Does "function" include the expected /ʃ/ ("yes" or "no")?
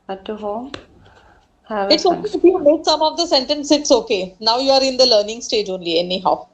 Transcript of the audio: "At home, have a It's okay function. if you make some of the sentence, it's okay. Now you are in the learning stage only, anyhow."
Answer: no